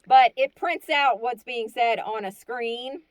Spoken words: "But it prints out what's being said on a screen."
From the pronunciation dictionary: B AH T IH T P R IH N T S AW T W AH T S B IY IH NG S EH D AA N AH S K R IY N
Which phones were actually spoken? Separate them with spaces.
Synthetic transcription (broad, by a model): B AH T IH T P R IH N T S AW T W AH T S B IY IH NG S EH D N AH S K R IY N